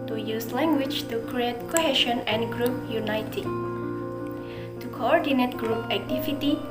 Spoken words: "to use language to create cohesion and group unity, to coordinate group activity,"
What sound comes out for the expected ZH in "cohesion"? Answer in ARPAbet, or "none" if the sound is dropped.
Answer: SH